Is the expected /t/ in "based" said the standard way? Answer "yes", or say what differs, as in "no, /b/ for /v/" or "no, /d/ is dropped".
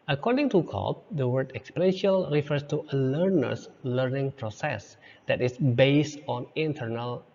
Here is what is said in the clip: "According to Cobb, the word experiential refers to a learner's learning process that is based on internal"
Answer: yes